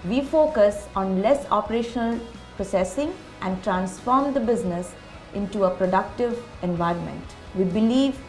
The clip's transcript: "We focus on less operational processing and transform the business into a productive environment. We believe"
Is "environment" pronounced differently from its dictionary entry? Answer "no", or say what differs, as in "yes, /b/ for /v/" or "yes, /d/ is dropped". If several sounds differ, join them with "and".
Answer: no